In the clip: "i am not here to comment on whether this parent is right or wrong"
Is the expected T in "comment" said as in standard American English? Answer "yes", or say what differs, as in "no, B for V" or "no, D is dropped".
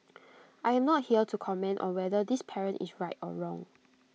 yes